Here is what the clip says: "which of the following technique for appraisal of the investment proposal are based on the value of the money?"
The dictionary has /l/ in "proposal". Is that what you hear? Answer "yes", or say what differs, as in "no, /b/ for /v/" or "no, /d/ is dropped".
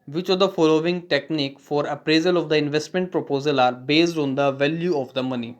yes